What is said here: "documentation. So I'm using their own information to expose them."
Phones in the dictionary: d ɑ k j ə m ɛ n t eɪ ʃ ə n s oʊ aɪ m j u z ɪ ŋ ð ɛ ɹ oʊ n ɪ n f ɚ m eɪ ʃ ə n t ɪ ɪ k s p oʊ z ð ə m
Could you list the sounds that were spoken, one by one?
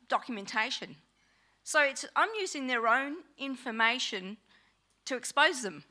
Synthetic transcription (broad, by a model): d ɑ k j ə m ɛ n t eɪ ʃ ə n s oʊ aɪ m j u z ɪ ŋ ð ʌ ɹ oʊ n ɪ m f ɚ m eɪ ʃ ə n t ɪ ɪ k s p oʊ z ð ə m